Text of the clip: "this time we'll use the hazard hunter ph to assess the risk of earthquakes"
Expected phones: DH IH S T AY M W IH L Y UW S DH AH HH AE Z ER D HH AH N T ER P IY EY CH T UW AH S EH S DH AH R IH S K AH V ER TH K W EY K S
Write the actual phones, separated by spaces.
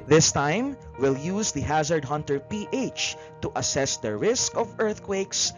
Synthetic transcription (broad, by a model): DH IH S T AY M W IH L Y UW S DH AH HH AE Z ER D HH AH N T ER P IY EY CH T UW AH S EH S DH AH R IH S K AH V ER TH K W EY K S